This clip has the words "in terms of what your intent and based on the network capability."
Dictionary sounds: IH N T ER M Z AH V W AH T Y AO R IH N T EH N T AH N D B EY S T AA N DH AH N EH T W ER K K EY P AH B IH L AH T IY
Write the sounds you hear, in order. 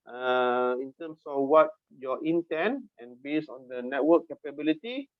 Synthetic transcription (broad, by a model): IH N T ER M S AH F W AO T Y AO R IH N T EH N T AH N B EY S AA N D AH N EH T W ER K K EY P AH B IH L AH T IY